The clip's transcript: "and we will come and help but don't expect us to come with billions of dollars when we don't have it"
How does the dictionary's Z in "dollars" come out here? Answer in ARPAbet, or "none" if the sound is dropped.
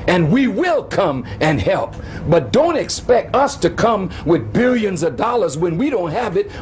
Z